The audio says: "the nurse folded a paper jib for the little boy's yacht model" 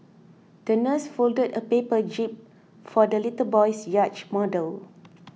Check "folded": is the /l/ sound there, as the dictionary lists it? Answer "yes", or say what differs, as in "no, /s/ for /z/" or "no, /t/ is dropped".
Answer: yes